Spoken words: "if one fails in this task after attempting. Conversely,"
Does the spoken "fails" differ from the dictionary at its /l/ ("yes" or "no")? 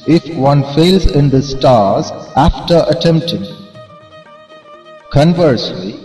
no